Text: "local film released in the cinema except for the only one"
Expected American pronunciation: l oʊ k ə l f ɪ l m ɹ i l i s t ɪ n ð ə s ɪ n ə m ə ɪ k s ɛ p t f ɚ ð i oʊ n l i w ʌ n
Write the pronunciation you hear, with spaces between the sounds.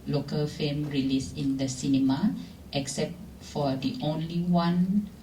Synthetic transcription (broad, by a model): l oʊ k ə l f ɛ m ɹ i l i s ɪ n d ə s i n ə m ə ɪ k s ɛ p t f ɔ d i oʊ n l i w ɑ n